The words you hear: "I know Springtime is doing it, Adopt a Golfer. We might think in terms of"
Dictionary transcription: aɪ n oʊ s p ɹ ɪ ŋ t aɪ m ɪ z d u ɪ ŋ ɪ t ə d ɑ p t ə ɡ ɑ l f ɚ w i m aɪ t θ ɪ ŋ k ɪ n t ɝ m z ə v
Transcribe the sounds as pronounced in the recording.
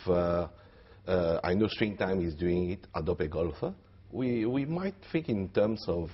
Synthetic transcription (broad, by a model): aɪ n oʊ s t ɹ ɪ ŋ t aɪ m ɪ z d u ɪ ŋ ɪ t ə d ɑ p ə ɡ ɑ l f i w i m aɪ t f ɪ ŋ k ɪ n t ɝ m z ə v